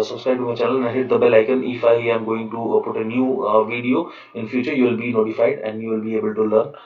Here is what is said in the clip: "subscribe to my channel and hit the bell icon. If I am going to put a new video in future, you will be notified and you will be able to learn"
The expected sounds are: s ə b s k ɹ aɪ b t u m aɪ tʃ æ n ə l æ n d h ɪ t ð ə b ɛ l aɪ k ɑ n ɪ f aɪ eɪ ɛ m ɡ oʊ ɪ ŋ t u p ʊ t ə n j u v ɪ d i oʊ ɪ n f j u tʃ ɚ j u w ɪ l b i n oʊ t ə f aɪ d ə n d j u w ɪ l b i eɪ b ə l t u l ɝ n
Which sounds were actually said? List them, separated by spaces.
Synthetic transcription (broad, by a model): s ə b s k ɹ aɪ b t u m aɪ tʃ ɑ l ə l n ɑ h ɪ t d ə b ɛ l aɪ k ɑ n ɪ f aɪ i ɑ m ɡ oʊ ɪ ŋ t u p ʊ t ə n j u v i d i oʊ ɪ n f j u tʃ ɚ j u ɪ l b i n oʊ t ə f aɪ d ə n d j u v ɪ l b i eɪ b ə l t u l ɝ n